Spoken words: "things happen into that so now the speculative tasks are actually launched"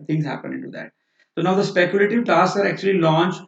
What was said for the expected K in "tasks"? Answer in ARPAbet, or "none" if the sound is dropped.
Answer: none